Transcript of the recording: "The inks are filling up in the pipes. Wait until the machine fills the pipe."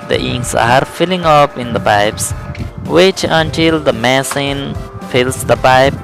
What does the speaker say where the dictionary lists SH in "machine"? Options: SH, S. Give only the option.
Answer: S